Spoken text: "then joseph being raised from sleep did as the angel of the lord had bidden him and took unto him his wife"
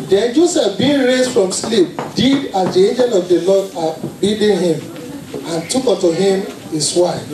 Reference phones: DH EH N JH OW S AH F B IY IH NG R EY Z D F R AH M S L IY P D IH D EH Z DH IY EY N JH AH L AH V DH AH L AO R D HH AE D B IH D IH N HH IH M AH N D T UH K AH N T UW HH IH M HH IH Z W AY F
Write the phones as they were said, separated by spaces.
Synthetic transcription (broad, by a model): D EH N JH OW S AH F B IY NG R EY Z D F R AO M S L IY P D IH D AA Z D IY EY N JH AH L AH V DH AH L AO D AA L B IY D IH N HH IH M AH N T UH K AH T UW HH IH M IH S W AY